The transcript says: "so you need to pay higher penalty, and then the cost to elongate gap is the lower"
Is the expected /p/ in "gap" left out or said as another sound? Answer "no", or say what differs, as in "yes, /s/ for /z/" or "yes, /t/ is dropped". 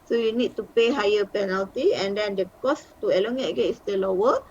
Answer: yes, /p/ is dropped